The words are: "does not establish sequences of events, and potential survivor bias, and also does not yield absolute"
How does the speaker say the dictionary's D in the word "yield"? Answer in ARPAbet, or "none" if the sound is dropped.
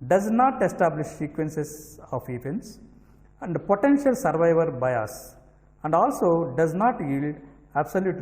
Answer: D